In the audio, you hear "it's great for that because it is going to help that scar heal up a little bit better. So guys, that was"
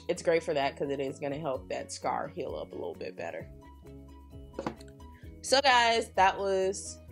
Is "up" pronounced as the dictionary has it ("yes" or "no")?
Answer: yes